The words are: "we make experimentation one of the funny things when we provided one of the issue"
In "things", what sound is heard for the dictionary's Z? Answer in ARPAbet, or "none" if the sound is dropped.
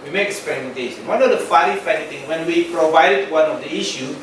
none